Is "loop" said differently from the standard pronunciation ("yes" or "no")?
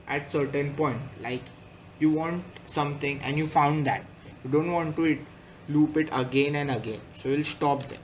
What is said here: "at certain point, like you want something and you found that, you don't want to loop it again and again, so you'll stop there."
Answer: no